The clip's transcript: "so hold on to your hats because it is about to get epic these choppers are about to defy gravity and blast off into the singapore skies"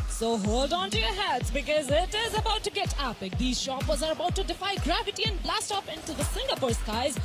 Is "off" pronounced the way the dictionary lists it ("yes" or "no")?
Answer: no